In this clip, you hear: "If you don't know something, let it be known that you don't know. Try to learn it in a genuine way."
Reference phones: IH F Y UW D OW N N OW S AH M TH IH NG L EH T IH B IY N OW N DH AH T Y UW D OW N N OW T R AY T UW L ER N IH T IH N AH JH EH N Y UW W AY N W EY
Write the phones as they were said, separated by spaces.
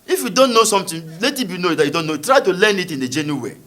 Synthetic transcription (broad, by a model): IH F Y UW D OW N N OW S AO M T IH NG L EH T IH B IY N OW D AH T Y UW D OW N N OW T R AY T UW L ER N IH T IH N AH JH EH N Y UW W W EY